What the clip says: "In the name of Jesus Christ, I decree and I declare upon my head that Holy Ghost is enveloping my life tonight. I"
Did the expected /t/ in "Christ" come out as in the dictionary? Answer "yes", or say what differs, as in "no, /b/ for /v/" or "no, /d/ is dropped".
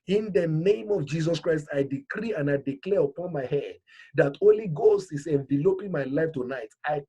yes